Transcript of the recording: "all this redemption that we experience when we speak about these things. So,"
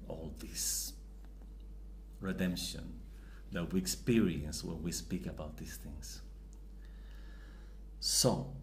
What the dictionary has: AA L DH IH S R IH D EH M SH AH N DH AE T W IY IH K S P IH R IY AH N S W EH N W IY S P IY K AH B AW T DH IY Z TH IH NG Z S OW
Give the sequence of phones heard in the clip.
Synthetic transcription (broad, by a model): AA L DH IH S R IH D EH M SH AH N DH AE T W IY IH K S P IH R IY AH N S W EH N W IY S P IY K AH B AW T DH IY S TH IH NG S S OW